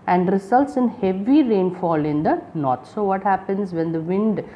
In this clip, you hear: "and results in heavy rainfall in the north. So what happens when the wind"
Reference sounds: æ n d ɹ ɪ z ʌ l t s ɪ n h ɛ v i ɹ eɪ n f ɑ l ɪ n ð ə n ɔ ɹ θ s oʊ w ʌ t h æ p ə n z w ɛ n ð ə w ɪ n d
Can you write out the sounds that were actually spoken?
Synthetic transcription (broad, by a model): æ n d ɹ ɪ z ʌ l t s ɪ n h ɛ v i ɹ eɪ n f ɑ l ɪ n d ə n ɔ ɹ t s oʊ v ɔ t h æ p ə n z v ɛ n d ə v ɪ n d